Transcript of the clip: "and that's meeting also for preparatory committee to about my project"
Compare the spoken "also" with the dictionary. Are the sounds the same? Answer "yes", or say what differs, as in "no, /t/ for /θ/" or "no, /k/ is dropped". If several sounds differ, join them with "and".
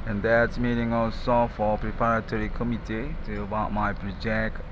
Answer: no, /l/ is dropped